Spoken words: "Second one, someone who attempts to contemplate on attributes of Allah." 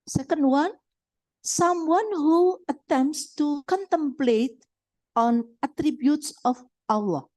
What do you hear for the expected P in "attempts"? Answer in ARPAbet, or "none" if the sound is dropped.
P